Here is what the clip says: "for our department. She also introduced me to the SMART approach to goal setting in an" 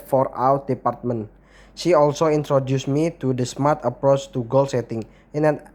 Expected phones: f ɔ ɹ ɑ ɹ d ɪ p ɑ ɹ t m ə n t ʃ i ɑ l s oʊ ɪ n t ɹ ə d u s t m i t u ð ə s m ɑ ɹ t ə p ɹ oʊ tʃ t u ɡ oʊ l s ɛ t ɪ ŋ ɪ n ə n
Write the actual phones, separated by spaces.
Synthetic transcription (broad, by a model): f ɔ ɹ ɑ w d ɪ p ɑ ɹ t m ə n ʃ i ɑ l s oʊ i n t ɹ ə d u s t m i t u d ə s m ɑ ɹ t ə p ɹ oʊ tʃ t u ɡ oʊ l s ɛ t ɪ ŋ ɪ n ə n